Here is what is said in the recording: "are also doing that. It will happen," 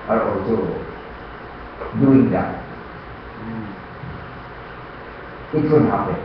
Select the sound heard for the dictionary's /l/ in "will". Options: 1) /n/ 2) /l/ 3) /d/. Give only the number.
1